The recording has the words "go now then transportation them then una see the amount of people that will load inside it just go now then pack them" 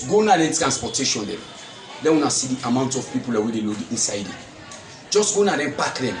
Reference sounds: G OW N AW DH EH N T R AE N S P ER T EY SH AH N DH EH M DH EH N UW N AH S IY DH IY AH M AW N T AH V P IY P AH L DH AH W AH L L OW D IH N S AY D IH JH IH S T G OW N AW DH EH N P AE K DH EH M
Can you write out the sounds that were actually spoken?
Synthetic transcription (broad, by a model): G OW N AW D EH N T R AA N S P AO T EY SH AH N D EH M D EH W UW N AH S IY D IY AH M AW N T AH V P IY P AH L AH W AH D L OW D IH N S AY D IH JH IH S T G OW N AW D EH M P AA K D EH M